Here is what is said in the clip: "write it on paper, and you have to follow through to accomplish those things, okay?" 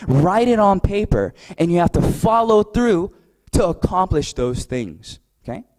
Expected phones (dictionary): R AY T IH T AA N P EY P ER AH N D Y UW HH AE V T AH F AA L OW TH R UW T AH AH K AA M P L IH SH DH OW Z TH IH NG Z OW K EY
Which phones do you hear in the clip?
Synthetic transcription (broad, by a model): R AY T IH T N P EY P ER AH N Y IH HH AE F T AH F AA L OW TH R UW T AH AH K AA M P L IH SH DH OW Z TH IH NG Z OW K EY